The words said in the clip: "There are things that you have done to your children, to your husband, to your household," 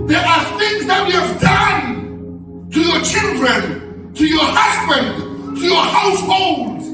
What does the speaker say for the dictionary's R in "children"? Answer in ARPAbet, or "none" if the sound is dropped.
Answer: R